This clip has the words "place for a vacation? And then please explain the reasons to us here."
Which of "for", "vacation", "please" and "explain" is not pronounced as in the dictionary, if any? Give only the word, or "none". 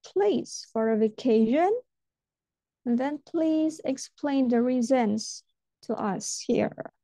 vacation